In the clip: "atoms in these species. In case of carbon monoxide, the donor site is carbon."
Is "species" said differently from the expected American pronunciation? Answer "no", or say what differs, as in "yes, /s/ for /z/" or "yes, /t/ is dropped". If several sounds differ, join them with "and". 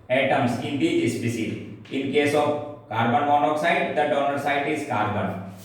yes, /s/ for /ʃ/ and /z/ is dropped